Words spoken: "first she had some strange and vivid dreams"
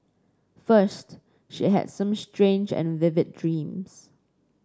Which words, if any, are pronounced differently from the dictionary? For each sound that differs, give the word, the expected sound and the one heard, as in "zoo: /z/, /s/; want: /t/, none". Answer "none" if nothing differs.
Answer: dreams: /z/, /s/